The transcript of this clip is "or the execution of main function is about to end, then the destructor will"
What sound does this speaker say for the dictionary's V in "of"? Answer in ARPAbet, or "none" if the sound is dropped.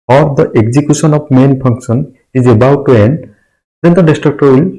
P